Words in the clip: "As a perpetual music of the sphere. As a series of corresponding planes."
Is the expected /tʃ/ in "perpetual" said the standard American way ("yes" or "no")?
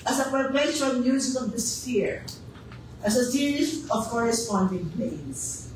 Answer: no